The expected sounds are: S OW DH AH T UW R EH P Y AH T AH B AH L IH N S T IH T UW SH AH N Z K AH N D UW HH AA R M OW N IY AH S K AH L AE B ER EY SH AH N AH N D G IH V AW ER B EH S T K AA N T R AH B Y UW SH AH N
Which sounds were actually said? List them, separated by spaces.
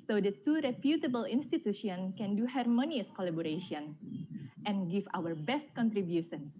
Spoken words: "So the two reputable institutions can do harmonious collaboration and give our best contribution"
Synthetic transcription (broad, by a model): S OW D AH T UW R EH P Y AH T AH B AH L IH N S T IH T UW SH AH N K AH N D UW HH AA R M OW N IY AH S K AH L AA B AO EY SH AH N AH N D G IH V AW ER B EH S T K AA N T R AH B Y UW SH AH N